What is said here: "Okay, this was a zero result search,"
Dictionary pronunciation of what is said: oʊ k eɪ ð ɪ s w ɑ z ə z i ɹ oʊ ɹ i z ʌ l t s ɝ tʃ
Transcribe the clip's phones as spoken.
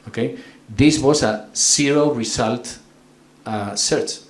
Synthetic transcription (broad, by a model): oʊ k eɪ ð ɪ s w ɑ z ə s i ɹ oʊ ɹ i s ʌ l t s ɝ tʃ